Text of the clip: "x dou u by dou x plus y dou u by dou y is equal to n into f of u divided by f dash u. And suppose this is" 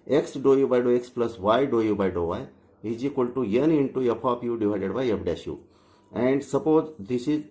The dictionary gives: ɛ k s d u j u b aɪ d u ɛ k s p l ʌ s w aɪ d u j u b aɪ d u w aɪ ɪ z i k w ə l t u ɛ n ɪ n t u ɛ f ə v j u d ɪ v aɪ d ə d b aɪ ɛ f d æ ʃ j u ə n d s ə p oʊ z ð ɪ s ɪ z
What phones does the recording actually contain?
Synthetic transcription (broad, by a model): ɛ k s d u j u b aɪ d u ɛ k s p l ʌ s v aɪ d u j u b aɪ d u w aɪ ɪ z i k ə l t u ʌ n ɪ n t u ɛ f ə p j u d ɪ v aɪ d ə d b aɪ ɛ p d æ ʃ j u ə n d s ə p oʊ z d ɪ s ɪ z